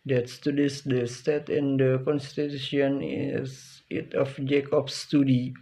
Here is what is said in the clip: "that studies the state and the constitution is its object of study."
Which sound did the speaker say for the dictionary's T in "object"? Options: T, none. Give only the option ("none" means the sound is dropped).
none